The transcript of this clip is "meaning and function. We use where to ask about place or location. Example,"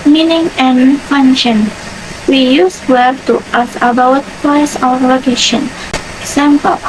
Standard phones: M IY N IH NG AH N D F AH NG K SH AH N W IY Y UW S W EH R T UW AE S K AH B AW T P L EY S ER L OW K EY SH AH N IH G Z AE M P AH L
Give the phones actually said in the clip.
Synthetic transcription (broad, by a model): M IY N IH NG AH N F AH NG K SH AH N W IY Y UW S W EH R T UW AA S AH B AW T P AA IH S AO L OW K EY SH AH N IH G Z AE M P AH L